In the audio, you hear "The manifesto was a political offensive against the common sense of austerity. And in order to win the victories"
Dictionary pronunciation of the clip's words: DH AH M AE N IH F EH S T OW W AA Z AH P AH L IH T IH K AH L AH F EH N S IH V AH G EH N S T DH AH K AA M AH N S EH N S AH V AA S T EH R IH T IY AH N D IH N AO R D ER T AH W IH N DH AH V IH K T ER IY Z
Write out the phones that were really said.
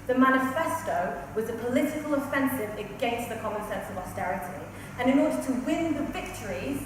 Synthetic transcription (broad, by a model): DH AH M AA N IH F EH S T OW W AA Z AH P AH L IH T IH K AH L AH F EH N S IH V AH G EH N S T DH AH K AA M AH N S EH N S AH V AA S T EH R IH T IY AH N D IH N AO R D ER T AH W IH N DH AH V IH K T ER IY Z